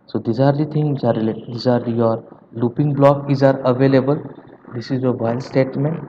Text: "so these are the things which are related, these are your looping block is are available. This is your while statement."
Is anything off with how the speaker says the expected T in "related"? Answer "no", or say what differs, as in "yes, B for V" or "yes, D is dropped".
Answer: yes, S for T